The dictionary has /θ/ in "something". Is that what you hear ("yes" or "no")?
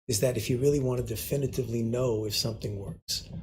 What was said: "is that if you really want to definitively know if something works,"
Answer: yes